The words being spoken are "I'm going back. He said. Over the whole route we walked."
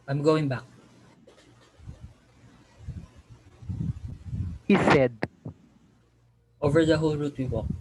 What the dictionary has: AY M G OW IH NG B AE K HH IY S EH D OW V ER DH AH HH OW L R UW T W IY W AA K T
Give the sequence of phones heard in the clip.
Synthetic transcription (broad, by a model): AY M G OW IH NG B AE K HH IY S EH D OW V ER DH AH HH OW L R UW T W IY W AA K